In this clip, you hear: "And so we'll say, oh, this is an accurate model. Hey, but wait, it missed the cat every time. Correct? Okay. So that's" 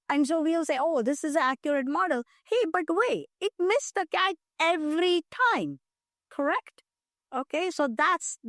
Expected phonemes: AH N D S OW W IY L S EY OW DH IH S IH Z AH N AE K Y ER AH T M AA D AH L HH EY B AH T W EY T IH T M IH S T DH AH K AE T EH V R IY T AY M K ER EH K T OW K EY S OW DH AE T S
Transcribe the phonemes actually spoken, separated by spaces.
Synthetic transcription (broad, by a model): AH N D S OW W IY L S EY OW DH IH S IH Z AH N AE K Y ER AH T M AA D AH L HH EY B AH T W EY IH T M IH S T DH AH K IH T EH V R IY T AY M K ER EH K T OW K EY S OW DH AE T S